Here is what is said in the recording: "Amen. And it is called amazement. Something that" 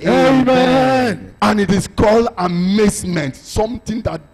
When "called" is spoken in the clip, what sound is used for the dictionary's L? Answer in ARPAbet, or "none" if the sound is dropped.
L